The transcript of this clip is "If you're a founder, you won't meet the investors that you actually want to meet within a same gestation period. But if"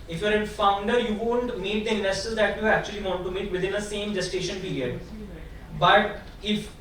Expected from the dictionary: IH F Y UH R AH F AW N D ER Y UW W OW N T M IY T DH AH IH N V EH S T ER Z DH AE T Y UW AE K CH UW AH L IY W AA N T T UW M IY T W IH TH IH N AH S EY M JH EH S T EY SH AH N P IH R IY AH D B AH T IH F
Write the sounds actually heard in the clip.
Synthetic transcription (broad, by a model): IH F Y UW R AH F AW N D ER Y UW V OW N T M IY T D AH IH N AH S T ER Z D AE T Y UW AE K CH UW AH L IY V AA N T T UW M IY T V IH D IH N AH S EY M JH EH S T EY SH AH N P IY R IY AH D B AH T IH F